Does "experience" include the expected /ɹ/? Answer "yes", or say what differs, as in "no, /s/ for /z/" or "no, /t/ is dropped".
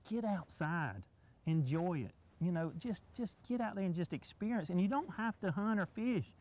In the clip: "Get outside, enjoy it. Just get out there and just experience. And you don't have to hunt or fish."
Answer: yes